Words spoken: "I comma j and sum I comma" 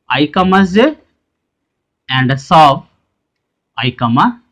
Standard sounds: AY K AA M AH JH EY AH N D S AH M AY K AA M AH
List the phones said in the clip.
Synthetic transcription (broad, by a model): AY K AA M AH Z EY AH N D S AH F AY K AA M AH